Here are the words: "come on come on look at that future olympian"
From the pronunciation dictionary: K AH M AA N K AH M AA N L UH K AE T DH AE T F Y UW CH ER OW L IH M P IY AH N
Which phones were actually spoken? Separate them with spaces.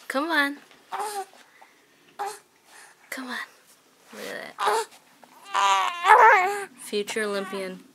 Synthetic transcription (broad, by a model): K AH M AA N K AH M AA N W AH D DH AE T F Y UW CH ER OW L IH M P IY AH N